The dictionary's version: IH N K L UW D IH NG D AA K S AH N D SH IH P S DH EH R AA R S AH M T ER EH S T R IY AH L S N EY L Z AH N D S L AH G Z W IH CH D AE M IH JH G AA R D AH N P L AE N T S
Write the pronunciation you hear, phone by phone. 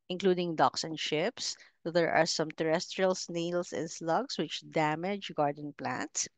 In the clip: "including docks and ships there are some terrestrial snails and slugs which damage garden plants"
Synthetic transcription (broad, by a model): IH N K L UW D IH NG D AA K S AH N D SH IH P S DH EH R AA R S AH M T ER EH S T R IY AH L S N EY L S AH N S L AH G S W IH CH D AE M IH JH G AA R D AH N P L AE N T S